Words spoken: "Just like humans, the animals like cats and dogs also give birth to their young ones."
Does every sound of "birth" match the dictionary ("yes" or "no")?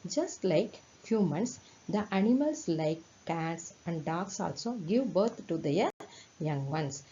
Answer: no